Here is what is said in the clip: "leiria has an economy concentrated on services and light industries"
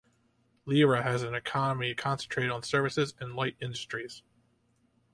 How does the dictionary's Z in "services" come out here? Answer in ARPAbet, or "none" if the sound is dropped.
Z